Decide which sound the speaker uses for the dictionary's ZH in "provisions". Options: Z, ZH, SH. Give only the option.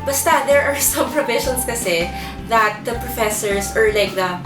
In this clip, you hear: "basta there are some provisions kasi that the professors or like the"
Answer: SH